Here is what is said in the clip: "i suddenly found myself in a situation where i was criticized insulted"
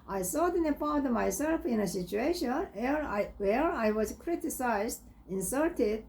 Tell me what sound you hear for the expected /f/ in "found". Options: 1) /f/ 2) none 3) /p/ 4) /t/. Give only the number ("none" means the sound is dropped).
3